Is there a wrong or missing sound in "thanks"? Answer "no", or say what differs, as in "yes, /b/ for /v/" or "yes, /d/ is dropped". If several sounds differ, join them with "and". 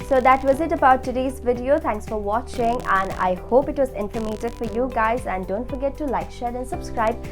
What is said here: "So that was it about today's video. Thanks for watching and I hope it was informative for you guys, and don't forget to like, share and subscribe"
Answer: yes, /t/ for /θ/